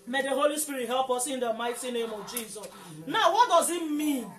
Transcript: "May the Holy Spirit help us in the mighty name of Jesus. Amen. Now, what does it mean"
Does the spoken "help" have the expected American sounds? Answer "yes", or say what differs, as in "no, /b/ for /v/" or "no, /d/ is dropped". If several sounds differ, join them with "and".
yes